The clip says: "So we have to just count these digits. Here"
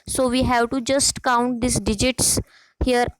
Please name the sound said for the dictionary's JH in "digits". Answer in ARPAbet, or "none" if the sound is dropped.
JH